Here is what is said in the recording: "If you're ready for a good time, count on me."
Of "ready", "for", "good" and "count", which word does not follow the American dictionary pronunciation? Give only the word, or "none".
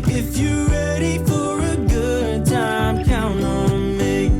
count